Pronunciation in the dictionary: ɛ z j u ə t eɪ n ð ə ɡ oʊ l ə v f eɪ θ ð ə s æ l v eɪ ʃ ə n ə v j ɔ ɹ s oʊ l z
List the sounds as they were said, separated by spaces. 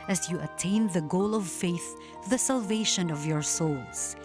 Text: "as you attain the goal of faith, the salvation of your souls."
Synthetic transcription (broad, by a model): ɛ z j u ə t eɪ n ð ə ɡ oʊ l ə v f eɪ θ ð ə s æ l v eɪ ʃ ə n ə v j ɔ ɹ s oʊ l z